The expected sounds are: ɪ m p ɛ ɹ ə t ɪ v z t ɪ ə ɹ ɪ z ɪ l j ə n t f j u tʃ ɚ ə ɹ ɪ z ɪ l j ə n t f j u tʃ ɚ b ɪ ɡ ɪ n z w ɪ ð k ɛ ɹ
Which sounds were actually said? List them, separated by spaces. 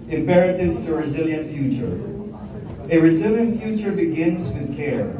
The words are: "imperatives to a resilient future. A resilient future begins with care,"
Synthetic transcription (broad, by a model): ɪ m p ɛ ɹ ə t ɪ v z t ɪ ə ɹ ɪ z ɪ l j ə n t f j u tʃ ɚ ə ɹ ɪ z ɪ l j ə n t f j u tʃ ɚ b ɪ ɡ ɪ n z w ɪ ð k ɛ ɹ